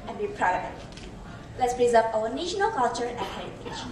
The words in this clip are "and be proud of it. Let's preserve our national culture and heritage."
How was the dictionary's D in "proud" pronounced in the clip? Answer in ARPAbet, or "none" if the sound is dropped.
none